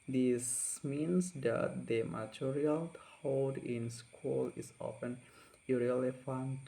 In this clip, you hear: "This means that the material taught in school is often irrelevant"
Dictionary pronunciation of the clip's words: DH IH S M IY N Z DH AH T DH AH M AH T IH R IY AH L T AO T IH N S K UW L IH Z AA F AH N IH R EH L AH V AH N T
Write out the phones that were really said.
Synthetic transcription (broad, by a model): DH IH S M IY N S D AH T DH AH M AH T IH R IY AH L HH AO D IH N S K UW L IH S AA F AH N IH R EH L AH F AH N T